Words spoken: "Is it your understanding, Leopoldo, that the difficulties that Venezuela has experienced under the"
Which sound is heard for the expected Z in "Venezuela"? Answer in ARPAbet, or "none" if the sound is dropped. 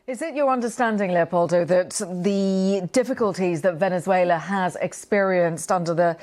Z